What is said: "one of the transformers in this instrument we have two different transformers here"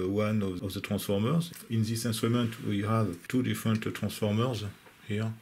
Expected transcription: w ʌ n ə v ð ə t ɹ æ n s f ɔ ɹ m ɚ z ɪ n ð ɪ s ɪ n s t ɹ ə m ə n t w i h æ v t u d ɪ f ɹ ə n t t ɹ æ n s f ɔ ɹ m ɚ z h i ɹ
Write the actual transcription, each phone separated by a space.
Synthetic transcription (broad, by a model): w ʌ n ə v ð ə t ɹ æ n s f ɔ ɹ m ɚ z ɪ n ð ɪ s ɪ n s t ɹ ə m ə n t w i h æ v t u d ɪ f ɹ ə n t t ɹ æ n s f ɔ ɹ m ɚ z h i ɹ